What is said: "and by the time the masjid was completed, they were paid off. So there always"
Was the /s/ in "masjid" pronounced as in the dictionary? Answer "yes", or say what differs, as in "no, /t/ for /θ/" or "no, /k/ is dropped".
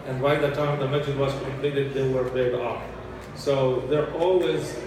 no, /s/ is dropped